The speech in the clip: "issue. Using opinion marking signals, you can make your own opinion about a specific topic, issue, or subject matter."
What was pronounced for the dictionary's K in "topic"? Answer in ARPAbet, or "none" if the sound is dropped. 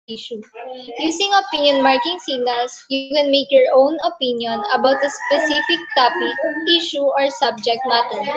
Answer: none